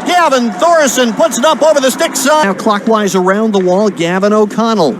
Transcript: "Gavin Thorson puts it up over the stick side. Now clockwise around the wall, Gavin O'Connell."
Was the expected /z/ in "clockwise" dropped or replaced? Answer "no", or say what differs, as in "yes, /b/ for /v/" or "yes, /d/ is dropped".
no